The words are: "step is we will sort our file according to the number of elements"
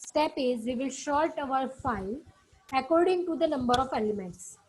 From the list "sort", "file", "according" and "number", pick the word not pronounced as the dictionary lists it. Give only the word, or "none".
sort